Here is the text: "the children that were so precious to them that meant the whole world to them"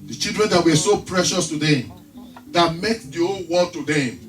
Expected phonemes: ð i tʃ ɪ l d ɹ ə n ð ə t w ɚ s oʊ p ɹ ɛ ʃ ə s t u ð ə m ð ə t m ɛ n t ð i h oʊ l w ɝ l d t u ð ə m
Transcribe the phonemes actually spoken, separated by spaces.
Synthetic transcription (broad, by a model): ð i tʃ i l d ɹ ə n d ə t w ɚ s oʊ p ɹ ɛ ʃ ə s t u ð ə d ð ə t m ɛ t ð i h oʊ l w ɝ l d t u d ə